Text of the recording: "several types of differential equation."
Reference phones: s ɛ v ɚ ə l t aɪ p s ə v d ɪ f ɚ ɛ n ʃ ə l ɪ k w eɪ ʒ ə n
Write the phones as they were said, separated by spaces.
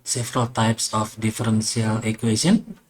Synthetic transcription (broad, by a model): s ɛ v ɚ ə l t aɪ p s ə f d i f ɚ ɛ n s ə l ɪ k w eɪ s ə n